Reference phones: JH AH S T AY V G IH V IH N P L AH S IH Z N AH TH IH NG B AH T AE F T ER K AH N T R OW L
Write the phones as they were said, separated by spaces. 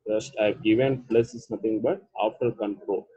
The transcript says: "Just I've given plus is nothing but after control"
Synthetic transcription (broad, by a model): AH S T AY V G IH V IH N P L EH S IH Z N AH T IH NG B AH T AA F T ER K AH N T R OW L